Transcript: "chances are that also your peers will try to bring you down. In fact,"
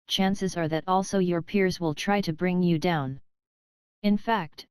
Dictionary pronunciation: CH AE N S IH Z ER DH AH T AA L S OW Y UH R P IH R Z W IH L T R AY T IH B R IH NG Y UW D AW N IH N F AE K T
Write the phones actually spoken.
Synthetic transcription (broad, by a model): CH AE N S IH Z ER DH AH T AA L S OW Y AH R P IH R Z W IH L T R AY T IH B R IH NG Y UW D AW N IH N F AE K T